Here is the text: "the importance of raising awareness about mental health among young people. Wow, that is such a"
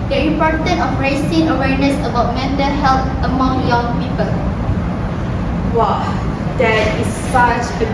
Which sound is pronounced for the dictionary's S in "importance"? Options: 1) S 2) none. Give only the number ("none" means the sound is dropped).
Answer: 2